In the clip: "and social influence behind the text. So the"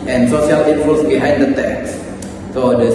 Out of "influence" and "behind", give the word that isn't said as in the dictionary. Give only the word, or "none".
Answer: influence